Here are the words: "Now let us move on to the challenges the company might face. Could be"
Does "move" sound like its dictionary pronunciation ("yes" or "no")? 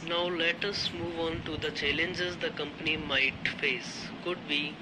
yes